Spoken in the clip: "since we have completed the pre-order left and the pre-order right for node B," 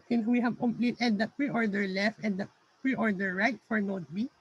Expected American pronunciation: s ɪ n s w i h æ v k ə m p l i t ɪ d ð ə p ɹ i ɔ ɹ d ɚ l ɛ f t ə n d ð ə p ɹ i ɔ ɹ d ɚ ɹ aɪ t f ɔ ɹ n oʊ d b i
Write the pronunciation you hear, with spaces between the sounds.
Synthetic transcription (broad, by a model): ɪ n w i h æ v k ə m p l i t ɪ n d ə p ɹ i ɔ ɹ d ɚ l ɛ f t ə n d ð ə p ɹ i ɔ ɹ d ɚ ɹ aɪ t f ɔ ɹ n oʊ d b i